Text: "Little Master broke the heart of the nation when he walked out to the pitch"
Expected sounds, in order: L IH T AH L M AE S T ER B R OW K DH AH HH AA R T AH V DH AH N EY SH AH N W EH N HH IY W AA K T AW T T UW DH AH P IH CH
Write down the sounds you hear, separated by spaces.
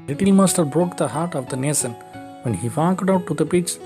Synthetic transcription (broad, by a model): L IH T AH L M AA S T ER B R OW K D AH HH AA R T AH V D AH N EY S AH N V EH N HH IY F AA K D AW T T UW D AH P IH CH